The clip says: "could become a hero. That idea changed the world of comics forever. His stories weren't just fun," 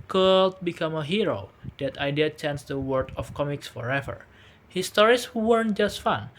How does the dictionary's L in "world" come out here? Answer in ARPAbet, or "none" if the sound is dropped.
none